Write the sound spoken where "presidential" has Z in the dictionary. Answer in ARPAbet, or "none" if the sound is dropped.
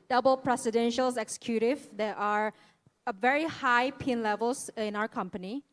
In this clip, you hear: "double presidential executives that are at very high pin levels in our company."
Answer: S